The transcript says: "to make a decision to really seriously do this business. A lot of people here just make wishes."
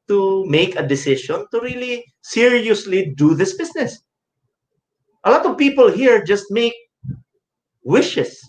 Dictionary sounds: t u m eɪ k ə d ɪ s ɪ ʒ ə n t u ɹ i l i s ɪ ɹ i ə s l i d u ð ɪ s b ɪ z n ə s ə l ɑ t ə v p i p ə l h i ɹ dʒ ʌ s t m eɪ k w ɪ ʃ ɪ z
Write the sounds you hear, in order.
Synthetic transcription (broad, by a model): t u m eɪ k ə d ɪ s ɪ ʃ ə n t u ɹ i l i s ɪ ɹ i ə s l i d u ð ɪ s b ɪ s n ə s ə l ɑ t ə v p i p ə l h i ɹ dʒ ʌ s t m eɪ k w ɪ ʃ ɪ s